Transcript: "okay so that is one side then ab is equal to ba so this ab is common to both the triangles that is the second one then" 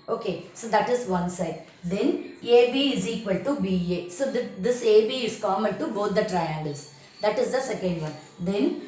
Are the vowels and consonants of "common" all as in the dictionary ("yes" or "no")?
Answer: no